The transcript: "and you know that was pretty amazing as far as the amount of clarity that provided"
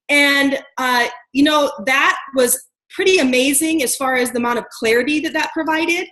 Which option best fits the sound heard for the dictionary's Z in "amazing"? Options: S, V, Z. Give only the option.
Z